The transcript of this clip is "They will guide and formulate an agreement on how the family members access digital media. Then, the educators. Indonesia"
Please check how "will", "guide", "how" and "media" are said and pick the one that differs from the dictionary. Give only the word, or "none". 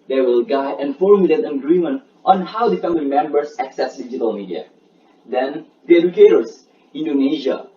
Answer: guide